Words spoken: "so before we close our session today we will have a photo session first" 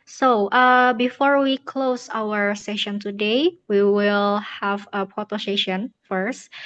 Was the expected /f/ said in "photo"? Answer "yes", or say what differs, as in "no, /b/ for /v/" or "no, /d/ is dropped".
no, /p/ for /f/